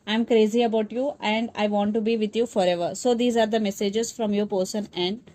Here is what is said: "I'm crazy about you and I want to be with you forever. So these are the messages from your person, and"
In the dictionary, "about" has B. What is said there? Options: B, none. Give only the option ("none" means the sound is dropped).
B